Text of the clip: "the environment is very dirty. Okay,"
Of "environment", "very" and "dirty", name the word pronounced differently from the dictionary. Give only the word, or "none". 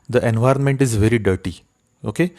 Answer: none